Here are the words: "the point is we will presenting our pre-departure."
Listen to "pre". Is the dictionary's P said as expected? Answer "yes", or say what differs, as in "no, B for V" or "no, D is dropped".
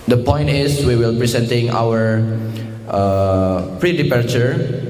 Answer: yes